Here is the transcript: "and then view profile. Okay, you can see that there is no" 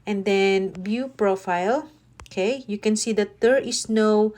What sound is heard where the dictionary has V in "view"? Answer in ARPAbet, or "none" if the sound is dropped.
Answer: B